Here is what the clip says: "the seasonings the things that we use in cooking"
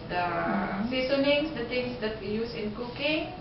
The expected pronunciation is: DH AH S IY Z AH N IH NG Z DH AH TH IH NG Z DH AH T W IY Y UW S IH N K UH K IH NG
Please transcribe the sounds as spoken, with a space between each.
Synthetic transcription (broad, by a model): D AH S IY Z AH N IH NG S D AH T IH NG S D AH T W IY Y UW S IH N K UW K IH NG